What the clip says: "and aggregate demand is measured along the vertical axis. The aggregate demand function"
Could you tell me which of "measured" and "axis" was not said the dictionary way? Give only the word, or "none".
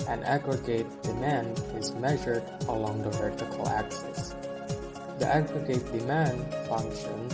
none